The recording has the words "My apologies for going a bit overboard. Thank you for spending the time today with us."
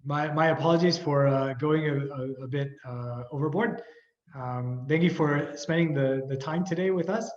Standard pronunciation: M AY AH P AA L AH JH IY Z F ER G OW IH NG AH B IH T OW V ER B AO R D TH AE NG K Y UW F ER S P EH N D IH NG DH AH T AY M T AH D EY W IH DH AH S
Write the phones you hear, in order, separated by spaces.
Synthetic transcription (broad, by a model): M AY AH P AA L AH JH IY Z F ER G OW IH NG AH B IH T OW V ER B AO R D TH AE NG K Y UW F ER S P EH N D IH NG DH AH T AY M T AH D EY W IH DH AH S